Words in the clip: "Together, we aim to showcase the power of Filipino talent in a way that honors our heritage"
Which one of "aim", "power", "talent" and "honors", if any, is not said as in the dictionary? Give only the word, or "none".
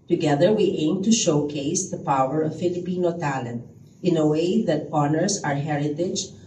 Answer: honors